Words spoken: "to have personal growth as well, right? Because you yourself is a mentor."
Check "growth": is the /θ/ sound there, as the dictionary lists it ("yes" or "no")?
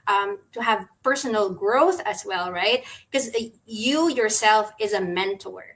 yes